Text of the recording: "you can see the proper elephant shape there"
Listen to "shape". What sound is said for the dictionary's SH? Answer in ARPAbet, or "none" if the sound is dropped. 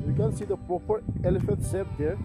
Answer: S